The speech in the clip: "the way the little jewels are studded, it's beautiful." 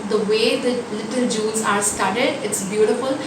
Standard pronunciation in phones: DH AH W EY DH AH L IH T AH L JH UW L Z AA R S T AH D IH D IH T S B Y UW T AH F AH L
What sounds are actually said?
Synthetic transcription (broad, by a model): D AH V EY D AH L IH T AH L JH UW N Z AA R S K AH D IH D IH T S B Y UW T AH F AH L